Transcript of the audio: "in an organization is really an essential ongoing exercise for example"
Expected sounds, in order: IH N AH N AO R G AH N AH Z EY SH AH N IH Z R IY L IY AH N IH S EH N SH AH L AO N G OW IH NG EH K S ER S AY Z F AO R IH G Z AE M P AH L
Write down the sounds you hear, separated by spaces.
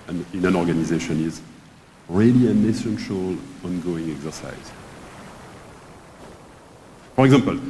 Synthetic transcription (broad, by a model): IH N AH N AO R G AH N AH Z EY SH AH N IH Z R IY L IY AH N IH S EH N SH AH L AO N G OW IH NG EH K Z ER S AY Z F AO R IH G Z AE M P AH L